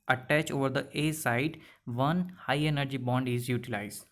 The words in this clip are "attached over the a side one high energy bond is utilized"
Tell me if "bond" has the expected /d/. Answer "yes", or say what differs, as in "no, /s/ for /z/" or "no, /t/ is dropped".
yes